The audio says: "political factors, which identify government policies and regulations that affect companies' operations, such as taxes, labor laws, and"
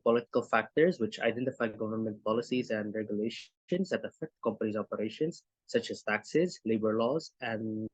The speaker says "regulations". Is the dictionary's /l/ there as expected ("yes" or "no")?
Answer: yes